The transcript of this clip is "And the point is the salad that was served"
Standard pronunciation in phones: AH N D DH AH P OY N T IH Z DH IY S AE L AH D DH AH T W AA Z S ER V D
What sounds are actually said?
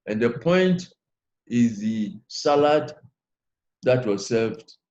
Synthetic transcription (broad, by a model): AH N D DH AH P OY N T IH Z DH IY S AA L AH D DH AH T W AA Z S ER V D